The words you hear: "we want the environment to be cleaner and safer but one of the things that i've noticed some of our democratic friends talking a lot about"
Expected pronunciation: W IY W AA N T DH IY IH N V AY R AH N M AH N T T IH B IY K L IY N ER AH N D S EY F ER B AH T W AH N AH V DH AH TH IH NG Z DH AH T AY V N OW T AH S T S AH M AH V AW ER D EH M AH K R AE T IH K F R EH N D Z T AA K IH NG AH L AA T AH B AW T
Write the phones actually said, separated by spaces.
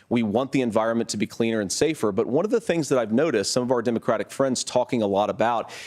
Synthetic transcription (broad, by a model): W IY W AA N DH IY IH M V AY R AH N M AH N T T IH B IY K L IY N ER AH N S EY F ER B AH T W AH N AH V DH AH TH IH NG Z DH AH T AY V N OW T AH S T S AH M AH V AW ER D EH M AH K R AE T IH K F R EH N D Z T AA K IH NG AH L AA T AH B AW T